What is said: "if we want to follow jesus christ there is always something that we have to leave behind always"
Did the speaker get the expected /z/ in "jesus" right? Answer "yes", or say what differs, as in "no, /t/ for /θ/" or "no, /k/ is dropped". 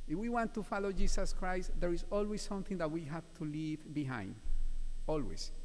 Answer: no, /s/ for /z/